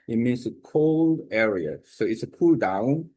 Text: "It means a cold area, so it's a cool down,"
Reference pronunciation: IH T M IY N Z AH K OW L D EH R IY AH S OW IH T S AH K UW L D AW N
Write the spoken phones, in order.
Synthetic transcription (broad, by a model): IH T M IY N S AH K OW L D EH R IY AH S OW IH T S AH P UW L D AW N